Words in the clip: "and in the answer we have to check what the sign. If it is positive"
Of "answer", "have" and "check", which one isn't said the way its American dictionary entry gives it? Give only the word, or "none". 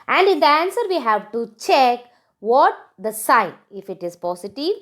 none